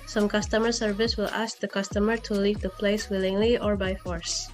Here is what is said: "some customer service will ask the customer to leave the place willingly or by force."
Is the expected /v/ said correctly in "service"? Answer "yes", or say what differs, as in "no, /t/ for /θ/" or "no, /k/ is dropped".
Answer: yes